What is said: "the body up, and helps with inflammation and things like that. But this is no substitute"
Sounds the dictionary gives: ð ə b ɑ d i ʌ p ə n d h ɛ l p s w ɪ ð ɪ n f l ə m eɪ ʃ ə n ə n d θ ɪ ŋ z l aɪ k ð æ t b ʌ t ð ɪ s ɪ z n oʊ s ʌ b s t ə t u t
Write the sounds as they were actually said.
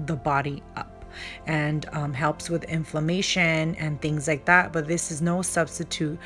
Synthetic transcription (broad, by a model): ð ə b ɑ d i ʌ p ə n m h ɛ l p s w ɪ ð ɪ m f l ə m eɪ ʃ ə n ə n θ ɪ ŋ z l aɪ k ð æ t b ʌ t ð ɪ s ɪ z n oʊ s ʌ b s t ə t u t